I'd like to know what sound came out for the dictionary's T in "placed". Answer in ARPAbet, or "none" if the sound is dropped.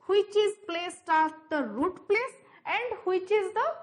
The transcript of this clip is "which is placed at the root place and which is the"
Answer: T